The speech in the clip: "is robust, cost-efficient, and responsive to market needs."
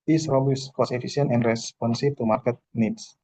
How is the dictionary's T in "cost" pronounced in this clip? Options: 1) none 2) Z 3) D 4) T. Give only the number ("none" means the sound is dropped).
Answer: 1